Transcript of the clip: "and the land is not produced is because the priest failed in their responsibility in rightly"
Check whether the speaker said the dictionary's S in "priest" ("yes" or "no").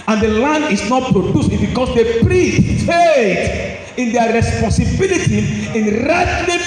no